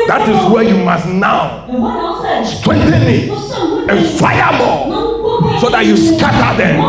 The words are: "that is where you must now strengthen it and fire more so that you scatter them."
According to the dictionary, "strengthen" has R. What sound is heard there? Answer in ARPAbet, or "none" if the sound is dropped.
W